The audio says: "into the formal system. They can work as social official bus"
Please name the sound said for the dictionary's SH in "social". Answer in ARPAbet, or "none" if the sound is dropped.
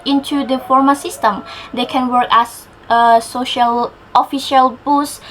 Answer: SH